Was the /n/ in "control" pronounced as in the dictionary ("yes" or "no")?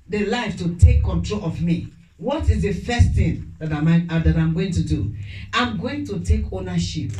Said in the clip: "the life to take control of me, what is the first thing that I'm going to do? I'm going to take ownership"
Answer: yes